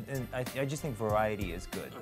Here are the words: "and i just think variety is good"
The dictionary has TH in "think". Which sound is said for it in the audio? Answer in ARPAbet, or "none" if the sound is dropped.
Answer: TH